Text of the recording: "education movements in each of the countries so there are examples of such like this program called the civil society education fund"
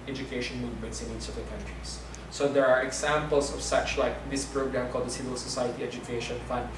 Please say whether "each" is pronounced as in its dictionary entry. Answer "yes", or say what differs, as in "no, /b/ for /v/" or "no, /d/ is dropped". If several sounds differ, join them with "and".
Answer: no, /s/ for /tʃ/